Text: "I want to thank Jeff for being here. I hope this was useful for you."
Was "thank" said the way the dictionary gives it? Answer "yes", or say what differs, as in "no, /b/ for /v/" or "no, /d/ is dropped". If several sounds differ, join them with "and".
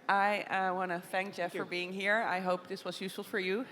yes